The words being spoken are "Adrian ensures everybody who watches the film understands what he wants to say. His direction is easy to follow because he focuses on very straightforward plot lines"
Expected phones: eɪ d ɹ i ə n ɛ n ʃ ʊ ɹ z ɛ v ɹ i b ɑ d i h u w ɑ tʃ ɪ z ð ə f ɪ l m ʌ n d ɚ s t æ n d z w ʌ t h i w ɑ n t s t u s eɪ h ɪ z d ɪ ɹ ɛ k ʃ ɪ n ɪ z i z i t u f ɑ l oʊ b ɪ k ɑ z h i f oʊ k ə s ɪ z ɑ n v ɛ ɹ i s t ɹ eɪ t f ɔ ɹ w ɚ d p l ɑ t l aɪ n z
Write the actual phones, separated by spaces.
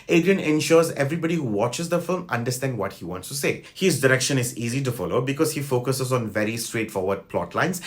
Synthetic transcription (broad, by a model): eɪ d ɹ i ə n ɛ n ʃ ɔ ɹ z ɛ v ɹ i b ɑ d i h u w ɑ tʃ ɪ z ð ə f ɪ l m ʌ n d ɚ s t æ n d w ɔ t h i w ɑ n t s t u s eɪ h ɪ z d ɪ ɹ ɛ k ʃ ɪ n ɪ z i z i t u f ɑ l oʊ b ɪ k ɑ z h i f oʊ k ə s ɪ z ɑ n v ɛ ɹ i s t w eɪ t f ɔ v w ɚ d p l ɑ t l aɪ n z